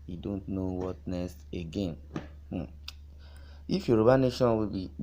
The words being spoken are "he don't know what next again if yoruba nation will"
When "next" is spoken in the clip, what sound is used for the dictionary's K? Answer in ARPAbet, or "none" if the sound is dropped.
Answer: none